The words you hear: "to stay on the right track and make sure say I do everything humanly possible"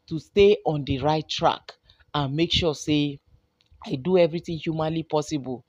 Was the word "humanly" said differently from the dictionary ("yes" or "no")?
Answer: no